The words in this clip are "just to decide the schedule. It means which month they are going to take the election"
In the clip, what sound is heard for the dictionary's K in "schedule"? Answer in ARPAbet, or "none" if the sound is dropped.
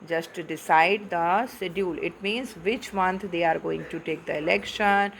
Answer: none